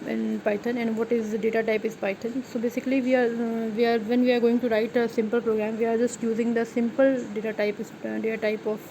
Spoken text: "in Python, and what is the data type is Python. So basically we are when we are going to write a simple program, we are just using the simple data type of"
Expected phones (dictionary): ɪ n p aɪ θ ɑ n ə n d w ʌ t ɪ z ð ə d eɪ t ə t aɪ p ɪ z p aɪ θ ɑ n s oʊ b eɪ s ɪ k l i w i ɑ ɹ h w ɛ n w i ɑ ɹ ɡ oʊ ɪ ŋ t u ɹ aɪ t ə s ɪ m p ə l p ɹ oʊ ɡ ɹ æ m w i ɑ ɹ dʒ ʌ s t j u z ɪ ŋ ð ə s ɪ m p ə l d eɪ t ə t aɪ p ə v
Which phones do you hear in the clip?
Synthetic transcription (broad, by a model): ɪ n p aɪ t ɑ n ə n d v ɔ t ɪ z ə d eɪ t ə t aɪ p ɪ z p aɪ t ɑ n s oʊ b eɪ s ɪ k l i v i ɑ ɹ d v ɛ n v i ɑ ɹ ɡ oʊ ɪ ŋ t u ɹ aɪ t ə s ɪ m p ə l p ɹ oʊ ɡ ɹ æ m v i ɑ ɹ dʒ ʌ s t j u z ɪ ŋ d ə s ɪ m p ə l d eɪ t ə t aɪ p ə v